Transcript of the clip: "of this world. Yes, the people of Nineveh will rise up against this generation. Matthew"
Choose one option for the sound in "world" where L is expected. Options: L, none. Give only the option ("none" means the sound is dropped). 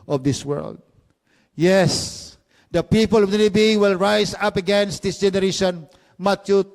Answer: L